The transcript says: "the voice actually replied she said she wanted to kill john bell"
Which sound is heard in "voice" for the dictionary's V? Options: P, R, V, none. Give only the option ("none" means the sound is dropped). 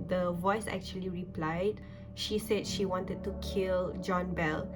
V